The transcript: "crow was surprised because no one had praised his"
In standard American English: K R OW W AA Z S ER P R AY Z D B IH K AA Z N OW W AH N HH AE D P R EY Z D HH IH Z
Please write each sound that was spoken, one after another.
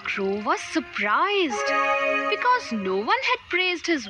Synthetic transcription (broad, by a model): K R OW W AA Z S ER P R AY Z D B IH K AA Z N OW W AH N HH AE D P R EY Z D HH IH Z